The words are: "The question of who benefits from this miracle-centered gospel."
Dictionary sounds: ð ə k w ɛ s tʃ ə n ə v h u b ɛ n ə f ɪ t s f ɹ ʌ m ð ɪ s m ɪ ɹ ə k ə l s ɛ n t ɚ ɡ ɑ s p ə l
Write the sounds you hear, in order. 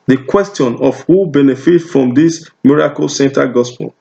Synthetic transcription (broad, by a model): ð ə k w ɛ s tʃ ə n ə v h u b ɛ n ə f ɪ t f ɹ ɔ m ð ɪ s m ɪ ɹ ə k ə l s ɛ n t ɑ ɡ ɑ s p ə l